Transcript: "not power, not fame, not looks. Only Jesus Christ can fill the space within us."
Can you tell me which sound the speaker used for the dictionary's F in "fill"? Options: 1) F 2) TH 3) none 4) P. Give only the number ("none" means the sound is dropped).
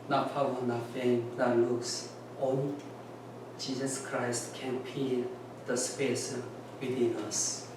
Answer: 4